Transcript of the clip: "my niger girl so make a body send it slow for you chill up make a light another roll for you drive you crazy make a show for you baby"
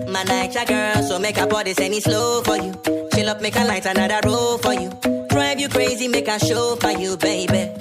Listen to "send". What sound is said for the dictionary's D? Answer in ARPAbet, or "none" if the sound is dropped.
none